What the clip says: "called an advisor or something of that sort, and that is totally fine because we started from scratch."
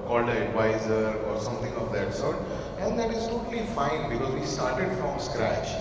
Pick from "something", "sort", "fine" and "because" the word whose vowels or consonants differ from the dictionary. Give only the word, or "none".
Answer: something